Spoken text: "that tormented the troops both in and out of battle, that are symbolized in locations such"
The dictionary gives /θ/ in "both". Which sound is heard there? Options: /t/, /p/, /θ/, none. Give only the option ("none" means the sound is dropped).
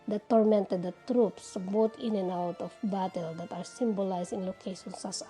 /t/